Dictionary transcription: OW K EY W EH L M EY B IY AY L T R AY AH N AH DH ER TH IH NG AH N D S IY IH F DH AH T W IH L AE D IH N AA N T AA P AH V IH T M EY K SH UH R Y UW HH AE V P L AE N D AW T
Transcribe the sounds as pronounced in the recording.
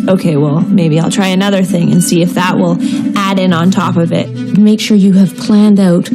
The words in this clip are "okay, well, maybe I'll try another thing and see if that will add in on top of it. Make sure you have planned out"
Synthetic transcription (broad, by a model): OW K EY W EH L M EY B IY AY L T R AY AH N AH DH ER TH IH NG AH N S IY IH F DH AH T W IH L AE D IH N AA N T AA P AH V IH T M EY K SH UH R Y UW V P L AE N D AW T